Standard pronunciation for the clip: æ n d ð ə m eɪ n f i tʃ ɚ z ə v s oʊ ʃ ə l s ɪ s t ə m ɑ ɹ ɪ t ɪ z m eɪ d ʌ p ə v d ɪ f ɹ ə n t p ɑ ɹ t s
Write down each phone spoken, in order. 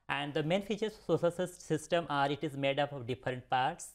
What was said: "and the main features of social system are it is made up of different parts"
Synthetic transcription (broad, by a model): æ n d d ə m eɪ n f i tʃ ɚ s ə s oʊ s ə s s ɪ s t ə m ɑ ɹ ɪ t ɪ z m eɪ d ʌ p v d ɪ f ɹ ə n t p ɑ ɹ t s